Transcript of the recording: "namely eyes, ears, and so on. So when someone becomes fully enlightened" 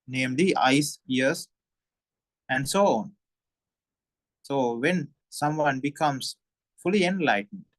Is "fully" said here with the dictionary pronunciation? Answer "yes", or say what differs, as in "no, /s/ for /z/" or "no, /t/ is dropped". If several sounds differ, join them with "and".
yes